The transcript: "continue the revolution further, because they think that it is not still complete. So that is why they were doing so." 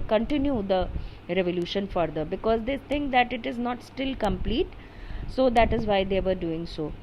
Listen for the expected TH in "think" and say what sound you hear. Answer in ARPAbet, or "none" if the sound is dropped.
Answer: T